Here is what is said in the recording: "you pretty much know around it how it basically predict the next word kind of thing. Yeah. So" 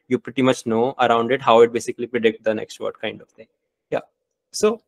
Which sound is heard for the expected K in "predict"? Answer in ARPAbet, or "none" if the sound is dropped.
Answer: K